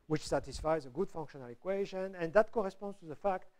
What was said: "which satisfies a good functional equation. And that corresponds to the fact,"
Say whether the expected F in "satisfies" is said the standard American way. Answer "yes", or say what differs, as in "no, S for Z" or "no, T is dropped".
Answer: yes